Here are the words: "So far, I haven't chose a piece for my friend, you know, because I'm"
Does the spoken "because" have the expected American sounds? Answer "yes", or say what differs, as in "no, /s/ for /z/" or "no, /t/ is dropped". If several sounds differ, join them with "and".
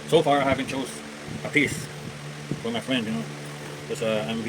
no, /z/ is dropped